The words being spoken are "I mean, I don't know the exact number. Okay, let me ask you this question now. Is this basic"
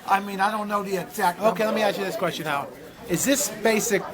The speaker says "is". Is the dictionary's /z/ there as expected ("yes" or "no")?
yes